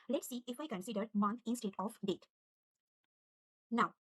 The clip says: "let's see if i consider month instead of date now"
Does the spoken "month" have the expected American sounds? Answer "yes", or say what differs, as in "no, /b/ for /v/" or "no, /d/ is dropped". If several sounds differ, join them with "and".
no, /t/ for /θ/